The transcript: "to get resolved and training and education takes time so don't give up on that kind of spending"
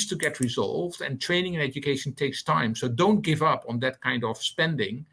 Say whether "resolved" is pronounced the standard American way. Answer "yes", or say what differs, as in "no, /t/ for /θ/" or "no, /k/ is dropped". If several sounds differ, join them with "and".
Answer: yes